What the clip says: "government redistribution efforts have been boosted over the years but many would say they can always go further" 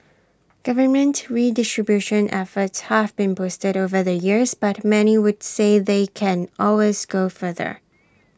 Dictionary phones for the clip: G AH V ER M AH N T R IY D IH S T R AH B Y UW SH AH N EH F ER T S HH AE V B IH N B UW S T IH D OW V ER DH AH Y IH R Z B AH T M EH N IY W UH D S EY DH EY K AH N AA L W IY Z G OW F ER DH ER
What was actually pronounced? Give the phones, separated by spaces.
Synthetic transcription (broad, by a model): G AH V ER M AH N T R IY D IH S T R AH B Y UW SH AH N EH F ER T S HH AE V B IH N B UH S T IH D OW V ER DH AH Y IH R Z B AH T M EH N IY W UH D S EY DH EY K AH N AA L W IY Z G OW F ER DH ER